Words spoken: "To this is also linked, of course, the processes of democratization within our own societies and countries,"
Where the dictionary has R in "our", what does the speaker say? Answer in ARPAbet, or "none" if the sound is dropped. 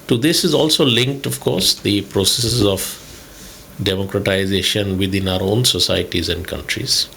R